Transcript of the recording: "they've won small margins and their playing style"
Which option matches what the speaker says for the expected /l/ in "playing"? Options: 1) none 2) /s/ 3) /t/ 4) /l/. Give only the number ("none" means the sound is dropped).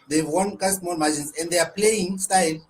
4